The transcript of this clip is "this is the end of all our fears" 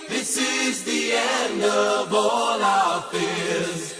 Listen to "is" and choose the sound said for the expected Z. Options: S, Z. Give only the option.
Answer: Z